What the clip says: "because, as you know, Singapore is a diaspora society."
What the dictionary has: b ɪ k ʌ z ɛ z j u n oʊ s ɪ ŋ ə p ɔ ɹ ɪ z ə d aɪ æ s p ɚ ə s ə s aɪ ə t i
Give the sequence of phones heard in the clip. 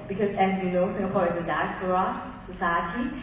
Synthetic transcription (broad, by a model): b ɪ k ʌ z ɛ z j u n oʊ s ɪ ŋ ə p ɔ ɹ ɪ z ə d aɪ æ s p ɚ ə s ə s aɪ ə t i